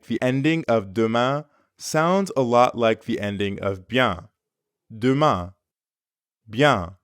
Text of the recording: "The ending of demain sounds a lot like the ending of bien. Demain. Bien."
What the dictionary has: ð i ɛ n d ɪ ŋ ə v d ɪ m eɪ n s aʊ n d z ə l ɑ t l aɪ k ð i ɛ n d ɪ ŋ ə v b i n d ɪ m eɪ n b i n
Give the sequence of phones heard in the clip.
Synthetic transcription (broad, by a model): ð i ɛ n d ɪ ŋ ə v d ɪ m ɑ s aʊ n d z ə l ɑ t l aɪ k ð i ɛ n d ɪ ŋ ə v b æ d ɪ m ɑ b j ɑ